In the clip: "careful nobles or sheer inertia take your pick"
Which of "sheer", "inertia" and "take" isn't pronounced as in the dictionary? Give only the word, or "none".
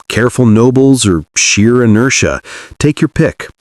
none